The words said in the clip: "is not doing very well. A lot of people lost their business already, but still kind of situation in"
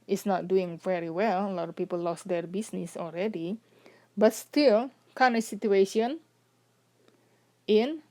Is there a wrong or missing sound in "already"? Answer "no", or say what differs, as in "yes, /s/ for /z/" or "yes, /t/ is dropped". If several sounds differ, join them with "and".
yes, /l/ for /ɹ/